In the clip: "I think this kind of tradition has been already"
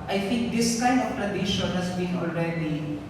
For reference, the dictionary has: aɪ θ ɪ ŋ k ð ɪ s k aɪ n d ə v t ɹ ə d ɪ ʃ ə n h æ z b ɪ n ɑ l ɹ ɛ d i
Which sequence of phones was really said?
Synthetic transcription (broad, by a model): aɪ θ ɪ ŋ k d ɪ s k aɪ n d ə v t ɹ ə d ɪ ʃ ə n h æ s b ɪ n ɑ l ɹ ɛ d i